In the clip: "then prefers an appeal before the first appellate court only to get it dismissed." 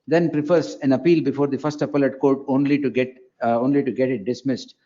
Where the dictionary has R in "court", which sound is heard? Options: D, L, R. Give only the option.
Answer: L